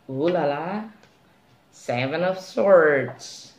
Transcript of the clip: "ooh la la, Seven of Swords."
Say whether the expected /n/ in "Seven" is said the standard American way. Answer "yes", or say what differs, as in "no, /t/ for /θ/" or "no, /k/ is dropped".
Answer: yes